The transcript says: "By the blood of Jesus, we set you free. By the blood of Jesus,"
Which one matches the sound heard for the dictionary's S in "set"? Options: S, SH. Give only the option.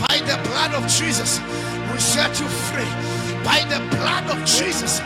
SH